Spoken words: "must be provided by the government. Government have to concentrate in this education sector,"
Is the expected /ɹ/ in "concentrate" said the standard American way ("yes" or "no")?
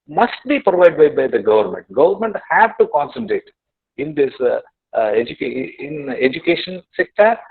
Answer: yes